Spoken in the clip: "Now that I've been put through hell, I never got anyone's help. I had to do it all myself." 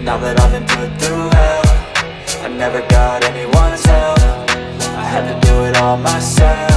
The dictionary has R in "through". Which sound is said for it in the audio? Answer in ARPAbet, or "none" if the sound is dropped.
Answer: none